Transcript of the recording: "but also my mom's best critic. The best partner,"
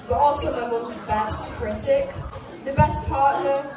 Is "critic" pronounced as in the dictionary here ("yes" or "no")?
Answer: no